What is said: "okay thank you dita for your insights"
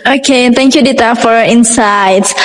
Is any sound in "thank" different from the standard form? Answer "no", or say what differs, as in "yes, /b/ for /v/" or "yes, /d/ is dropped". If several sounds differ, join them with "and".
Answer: yes, /t/ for /θ/